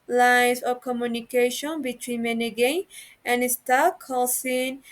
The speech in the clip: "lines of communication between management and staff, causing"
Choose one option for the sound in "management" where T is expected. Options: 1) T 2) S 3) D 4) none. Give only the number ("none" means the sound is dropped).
4